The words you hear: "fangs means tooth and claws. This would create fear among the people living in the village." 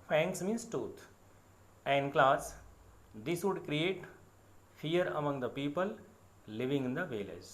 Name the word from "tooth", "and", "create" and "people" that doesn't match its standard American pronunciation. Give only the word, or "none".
tooth